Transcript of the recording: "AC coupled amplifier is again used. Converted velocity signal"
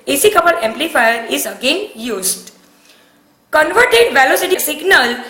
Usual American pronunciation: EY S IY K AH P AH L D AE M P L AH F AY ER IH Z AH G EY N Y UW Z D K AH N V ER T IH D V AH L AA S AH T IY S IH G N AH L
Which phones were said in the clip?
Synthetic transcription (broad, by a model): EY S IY K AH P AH D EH M P L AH F AY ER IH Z AH G EY N Y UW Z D K AH N V ER T IH D V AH L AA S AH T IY S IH G N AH L